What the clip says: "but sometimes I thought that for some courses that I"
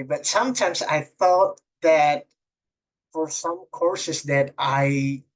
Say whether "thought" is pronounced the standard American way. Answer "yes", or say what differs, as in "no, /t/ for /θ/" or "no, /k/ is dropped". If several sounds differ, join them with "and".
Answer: no, /f/ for /θ/